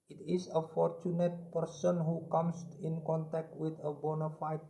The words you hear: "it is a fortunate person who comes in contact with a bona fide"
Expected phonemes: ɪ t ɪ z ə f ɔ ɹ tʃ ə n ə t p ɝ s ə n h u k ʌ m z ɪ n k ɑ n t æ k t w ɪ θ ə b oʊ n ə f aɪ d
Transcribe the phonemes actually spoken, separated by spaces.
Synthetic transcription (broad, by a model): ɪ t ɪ s ə f ɔ ɹ tʃ ə n ə t p ɝ s ə n h u k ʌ m s ɪ n k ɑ n t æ k t w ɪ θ ə b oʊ n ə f aɪ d